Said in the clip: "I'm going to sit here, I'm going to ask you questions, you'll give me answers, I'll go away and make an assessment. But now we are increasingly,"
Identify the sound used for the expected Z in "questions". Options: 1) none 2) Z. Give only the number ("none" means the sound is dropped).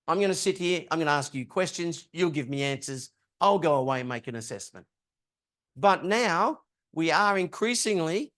2